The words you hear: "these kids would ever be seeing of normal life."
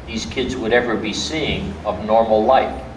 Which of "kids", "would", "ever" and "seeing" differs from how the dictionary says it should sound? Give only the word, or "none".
none